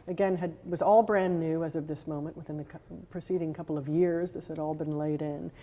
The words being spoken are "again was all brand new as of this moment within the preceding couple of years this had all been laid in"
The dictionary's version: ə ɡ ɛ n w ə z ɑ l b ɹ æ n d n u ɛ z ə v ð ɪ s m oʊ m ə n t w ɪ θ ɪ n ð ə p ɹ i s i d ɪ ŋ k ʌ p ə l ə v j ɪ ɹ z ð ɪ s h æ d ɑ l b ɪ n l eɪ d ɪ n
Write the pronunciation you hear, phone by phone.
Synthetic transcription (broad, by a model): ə ɡ ɛ n w ə z ɑ l b ɹ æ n n u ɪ z ə v ð ɪ s m oʊ m ə n t w ɪ θ ɪ n ð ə p ɹ i s i d ɪ ŋ k ʌ p l ə v j ɪ ɹ z ð ɪ s h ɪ d ɑ l b ɪ n l eɪ d ɪ n